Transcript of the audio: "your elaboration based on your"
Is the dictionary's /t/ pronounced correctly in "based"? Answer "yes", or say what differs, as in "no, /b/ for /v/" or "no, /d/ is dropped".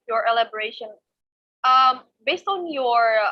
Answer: yes